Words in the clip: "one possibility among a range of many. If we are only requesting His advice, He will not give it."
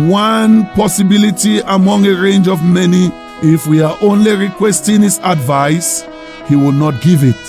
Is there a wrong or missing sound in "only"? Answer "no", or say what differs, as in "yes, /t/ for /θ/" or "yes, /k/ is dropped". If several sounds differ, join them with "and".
no